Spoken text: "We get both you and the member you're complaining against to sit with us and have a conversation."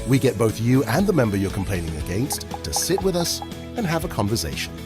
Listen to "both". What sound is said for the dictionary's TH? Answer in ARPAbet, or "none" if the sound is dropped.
TH